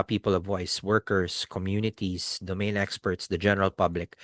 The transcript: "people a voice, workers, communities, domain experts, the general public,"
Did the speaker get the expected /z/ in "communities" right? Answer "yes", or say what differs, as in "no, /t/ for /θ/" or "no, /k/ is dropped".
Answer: no, /s/ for /z/